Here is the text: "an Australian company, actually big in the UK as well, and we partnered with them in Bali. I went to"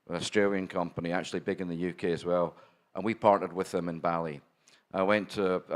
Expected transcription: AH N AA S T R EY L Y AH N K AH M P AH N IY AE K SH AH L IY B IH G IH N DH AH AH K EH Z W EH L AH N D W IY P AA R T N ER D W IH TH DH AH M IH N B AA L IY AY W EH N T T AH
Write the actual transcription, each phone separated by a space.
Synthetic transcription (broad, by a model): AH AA S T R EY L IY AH N K AH M P AH N IY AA K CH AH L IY B IH G IH N DH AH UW K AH Z W EH L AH N W IY P AA R T ER D W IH DH AH M IH N B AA L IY AY W EH N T T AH